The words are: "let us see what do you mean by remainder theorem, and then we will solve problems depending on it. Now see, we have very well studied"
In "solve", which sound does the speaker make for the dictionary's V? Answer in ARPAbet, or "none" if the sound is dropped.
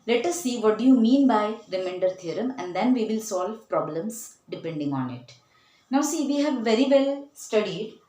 V